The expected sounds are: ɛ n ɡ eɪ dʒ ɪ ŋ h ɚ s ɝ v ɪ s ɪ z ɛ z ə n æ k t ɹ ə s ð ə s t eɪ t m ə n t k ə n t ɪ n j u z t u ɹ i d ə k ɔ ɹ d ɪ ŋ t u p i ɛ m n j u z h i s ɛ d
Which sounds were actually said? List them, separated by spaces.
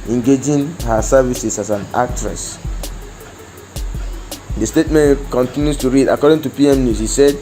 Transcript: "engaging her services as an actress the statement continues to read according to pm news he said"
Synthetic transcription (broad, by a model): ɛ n ɡ eɪ dʒ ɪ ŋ h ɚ s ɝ v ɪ s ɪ s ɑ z ə n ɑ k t ɹ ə s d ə s t eɪ t m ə n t k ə n t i n j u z t u ɹ i d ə k ɔ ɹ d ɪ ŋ t u p i ɛ m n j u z h i s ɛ d